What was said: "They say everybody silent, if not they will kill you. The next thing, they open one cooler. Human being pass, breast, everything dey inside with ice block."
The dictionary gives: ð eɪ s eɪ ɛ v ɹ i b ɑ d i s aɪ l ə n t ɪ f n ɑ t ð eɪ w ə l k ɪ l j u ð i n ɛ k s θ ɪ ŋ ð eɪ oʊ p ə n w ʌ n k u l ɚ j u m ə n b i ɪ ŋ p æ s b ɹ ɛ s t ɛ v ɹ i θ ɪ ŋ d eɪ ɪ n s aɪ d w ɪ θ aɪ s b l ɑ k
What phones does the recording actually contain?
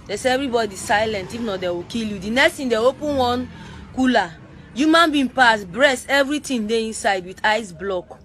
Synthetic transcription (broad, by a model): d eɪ s eɪ ɛ v ɹ i b ɑ d i s aɪ l ə n t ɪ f n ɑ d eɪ w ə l k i l j u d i n ɛ k s t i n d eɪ oʊ p ə n w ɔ n k u l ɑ j u m ə n b i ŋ p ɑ s b ɹ ɛ s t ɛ v ɹ i t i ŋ d eɪ ɪ n s aɪ d w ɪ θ aɪ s b l ɑ k